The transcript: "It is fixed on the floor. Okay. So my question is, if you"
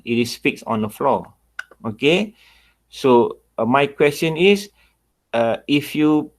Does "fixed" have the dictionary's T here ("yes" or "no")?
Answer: no